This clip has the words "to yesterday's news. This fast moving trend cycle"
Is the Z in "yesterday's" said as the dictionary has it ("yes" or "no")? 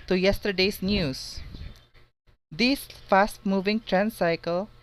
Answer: no